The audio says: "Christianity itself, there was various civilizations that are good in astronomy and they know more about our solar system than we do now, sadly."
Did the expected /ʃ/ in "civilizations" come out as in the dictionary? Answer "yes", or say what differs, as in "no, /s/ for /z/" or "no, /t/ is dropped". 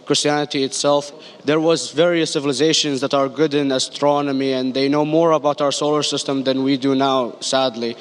yes